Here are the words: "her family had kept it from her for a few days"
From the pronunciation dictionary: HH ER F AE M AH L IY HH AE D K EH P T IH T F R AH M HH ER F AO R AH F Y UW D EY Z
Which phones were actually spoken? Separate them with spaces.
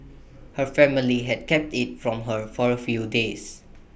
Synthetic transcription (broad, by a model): HH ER F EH M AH L IY HH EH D K EH P T IH T F R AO M HH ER F AO R AH F Y UW D EY S